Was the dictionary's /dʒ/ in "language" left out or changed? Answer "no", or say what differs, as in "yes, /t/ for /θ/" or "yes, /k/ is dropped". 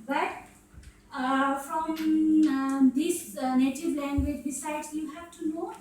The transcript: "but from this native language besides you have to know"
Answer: no